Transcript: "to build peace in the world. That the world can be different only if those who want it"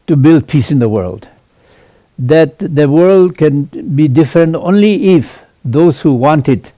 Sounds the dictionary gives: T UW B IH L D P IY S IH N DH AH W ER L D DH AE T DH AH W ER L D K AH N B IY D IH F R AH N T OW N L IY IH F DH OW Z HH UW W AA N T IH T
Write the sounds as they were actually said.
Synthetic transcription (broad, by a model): T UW B IH L D P IY S IH N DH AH W ER L D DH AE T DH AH W ER L D K AH N B IY D IH F R AH N T OW N L IY IH F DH OW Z HH UW W AA N T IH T